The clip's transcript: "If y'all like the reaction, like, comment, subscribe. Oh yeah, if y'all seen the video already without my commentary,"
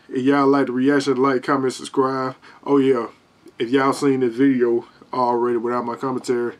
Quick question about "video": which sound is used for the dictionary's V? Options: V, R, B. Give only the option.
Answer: V